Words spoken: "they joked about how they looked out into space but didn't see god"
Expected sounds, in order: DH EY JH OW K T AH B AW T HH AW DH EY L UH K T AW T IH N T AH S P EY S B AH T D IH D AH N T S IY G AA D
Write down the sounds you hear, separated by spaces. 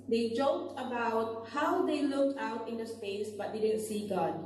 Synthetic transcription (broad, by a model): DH EY JH OW K T AH B AW T HH AW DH EY L UH K T AW T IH N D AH S P EY S B AH T D IH D AH N T S IY G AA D